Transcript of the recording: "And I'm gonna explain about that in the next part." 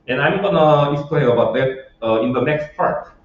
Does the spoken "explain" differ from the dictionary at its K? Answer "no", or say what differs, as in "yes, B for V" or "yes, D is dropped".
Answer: yes, K is dropped